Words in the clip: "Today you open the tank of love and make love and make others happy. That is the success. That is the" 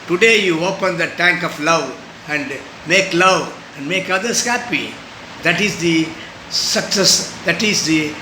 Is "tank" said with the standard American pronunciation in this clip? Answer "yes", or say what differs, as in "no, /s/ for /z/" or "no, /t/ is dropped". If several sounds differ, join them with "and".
yes